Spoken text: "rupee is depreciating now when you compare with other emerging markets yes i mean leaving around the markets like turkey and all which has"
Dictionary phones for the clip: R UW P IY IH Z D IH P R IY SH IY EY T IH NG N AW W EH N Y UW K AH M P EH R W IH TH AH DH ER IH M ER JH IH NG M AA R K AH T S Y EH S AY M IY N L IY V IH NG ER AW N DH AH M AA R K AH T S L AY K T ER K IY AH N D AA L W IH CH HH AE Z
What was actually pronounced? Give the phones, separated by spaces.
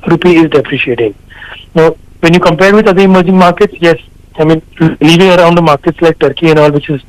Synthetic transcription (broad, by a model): R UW P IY IH Z D IH P R IY SH IY EY T IH NG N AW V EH N Y UW K AH M P EH R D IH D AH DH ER IH M ER JH IH NG M AA R K AH T S Y EH S AY M IY N L IY V IH NG ER AW N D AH M AA R K AH T S L AY K T ER K IY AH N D AA L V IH CH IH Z